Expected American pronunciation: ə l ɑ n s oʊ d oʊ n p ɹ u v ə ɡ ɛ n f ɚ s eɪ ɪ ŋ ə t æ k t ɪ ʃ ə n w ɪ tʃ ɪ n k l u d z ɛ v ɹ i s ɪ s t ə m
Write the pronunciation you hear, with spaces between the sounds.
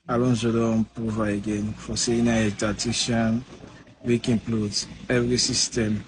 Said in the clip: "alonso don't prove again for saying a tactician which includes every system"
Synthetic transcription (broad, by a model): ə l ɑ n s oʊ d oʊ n p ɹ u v ə ɡ ɛ n f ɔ s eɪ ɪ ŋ ə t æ t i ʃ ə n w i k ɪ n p l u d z ɛ v ɹ i s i s t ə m